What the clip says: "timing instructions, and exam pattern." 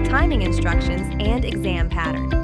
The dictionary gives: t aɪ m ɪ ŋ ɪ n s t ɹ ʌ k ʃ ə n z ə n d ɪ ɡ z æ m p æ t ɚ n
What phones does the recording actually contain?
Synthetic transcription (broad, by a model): t aɪ m ɪ ŋ ɪ n s t ɹ ʌ k ʃ ə n z ə n d ɪ ɡ z æ m p æ t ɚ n